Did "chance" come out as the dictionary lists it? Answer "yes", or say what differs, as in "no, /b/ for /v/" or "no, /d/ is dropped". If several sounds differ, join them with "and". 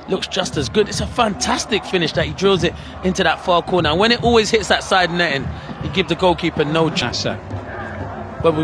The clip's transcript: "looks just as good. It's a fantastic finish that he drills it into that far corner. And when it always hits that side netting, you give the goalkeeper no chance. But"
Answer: no, /n/ is dropped